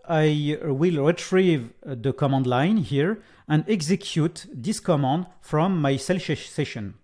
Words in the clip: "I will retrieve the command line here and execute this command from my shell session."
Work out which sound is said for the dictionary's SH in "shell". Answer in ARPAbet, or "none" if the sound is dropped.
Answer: S